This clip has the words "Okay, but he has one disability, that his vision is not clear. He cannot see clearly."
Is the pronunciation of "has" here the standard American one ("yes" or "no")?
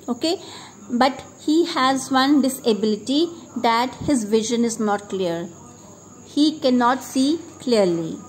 yes